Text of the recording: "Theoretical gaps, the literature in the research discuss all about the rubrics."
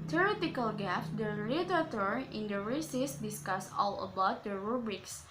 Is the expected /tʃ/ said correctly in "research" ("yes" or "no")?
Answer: no